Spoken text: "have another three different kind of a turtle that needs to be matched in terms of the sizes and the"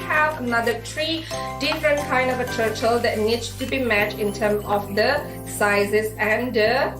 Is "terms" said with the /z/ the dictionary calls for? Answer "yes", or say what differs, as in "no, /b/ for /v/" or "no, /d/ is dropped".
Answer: no, /z/ is dropped